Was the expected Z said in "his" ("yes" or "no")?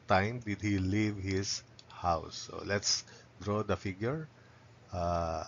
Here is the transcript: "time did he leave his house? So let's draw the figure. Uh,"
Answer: no